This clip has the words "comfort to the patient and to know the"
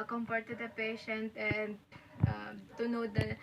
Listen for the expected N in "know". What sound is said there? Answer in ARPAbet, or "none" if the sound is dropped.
N